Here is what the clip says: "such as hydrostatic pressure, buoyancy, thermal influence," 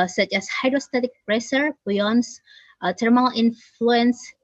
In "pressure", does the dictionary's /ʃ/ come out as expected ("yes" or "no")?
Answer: no